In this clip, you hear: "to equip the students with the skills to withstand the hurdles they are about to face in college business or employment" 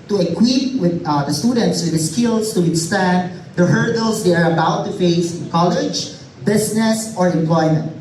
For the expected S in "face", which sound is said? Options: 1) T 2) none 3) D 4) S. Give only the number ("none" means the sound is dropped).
2